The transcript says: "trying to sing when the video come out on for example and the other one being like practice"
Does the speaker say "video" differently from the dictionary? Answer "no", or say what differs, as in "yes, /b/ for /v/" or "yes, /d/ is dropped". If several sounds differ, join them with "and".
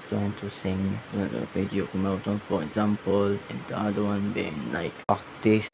yes, /p/ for /v/